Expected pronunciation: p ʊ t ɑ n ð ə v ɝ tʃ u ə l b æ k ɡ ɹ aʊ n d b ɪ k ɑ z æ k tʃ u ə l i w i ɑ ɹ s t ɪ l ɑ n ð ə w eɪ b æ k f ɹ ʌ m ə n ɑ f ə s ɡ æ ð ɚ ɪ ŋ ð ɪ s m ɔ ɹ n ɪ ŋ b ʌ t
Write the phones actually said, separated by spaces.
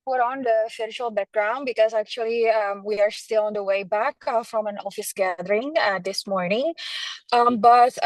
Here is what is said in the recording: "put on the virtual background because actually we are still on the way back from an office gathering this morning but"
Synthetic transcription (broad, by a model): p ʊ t ɑ n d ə f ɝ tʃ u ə l b æ k ɡ ɹ aʊ n d b ɪ k ɑ z æ k tʃ u ə l i w i ɑ ɹ s t ɪ l ɑ n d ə w eɪ b æ k f ɹ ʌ m ə n ɑ f ə s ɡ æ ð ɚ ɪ ŋ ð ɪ s m ɔ ɹ n ɪ ŋ b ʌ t